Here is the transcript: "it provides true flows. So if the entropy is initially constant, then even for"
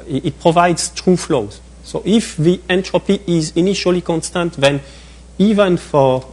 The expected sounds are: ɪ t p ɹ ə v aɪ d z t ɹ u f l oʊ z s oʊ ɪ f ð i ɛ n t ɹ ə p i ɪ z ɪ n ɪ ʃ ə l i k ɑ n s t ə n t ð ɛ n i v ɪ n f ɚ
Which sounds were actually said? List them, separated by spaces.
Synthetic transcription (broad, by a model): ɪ t p ɹ ə v aɪ d z t ɹ u f l oʊ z s oʊ ɪ f ð i ɛ n t ɹ ə p i ɪ z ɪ n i ʃ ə l i k ɑ n s t ə n t ð ɛ n i v ɪ n f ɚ